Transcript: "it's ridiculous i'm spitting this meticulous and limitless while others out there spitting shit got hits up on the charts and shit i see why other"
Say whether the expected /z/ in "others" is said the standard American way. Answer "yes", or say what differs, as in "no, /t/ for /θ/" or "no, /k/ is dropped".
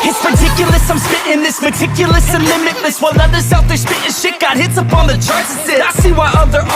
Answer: no, /s/ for /z/